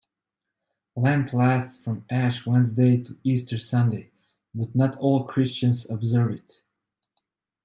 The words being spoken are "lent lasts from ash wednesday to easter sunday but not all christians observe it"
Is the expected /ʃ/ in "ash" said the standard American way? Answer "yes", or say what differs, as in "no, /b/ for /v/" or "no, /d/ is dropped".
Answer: yes